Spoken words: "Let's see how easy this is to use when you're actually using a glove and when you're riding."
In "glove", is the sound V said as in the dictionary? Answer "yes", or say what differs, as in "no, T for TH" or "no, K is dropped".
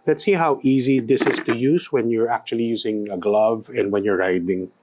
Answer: yes